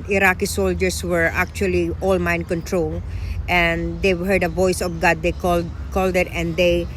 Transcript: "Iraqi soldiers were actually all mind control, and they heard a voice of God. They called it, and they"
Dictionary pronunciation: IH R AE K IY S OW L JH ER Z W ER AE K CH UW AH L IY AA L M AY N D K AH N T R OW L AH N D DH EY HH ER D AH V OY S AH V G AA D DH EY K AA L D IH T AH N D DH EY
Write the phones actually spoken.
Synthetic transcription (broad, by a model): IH R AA K IY S OW L JH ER S W ER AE K CH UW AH L IY AA L M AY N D K AH N T R OW L AH N D EY HH ER D AH V OY S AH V G AA D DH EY K AA L D IH T AH N D EY